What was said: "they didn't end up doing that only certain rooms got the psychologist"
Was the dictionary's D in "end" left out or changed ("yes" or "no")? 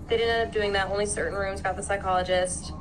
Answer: yes